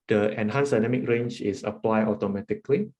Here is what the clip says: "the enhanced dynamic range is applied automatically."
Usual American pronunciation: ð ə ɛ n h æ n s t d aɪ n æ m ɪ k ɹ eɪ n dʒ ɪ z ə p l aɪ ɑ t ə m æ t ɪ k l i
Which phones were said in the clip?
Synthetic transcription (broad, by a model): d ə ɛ n h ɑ n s d aɪ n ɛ m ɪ k ɹ eɪ n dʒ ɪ s ə p l aɪ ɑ t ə m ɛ t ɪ k l i